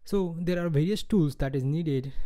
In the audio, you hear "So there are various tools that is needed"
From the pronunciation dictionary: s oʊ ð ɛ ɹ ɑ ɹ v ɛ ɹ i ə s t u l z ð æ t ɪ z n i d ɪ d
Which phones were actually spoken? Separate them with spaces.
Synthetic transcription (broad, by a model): s oʊ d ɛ ɹ ɑ ɹ v ɛ ɹ i ə s t u l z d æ t ɪ z n i d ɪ d